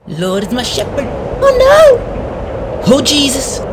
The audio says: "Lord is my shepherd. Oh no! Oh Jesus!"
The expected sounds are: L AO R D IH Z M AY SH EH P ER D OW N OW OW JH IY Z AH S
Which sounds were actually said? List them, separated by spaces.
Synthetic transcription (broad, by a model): L AO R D IH Z M AY SH EH P ER D OW N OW OW JH IY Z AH S